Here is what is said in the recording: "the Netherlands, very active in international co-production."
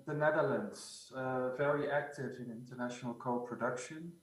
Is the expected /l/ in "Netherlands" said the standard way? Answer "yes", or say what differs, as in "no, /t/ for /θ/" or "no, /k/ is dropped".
yes